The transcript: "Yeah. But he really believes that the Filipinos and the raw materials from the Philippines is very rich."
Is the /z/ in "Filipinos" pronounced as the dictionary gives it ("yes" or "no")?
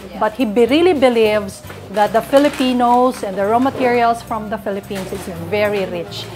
no